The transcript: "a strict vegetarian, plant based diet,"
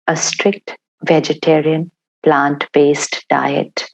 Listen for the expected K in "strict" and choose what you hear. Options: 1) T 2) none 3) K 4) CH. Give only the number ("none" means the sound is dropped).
3